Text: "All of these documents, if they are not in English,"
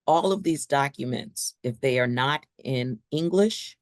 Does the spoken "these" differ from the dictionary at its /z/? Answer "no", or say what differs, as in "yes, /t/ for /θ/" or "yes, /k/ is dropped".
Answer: no